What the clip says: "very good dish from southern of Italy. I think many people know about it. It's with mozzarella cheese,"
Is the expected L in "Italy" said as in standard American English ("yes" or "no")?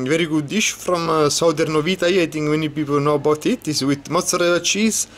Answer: no